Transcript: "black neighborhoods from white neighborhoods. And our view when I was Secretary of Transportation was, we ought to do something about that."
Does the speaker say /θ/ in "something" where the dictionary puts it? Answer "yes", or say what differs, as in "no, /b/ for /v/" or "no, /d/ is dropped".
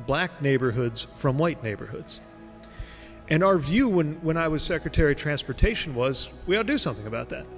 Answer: yes